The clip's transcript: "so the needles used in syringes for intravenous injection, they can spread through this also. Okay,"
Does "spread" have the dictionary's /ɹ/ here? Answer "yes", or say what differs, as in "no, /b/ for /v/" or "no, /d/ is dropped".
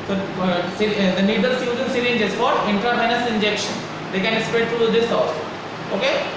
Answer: no, /ɹ/ is dropped